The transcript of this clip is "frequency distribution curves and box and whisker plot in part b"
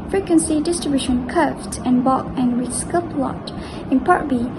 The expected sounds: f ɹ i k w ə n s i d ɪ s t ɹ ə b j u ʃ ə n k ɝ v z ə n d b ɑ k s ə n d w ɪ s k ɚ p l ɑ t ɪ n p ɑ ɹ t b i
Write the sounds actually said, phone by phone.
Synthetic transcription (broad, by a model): f ɹ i k w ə n s i d ɪ s t ɹ ə b j u ʃ ə n k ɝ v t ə n b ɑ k ə n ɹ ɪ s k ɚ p l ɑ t ɪ n p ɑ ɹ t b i